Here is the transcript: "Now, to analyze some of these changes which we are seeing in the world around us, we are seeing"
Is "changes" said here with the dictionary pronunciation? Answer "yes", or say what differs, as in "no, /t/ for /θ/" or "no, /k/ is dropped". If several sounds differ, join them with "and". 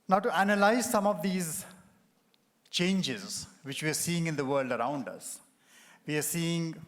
yes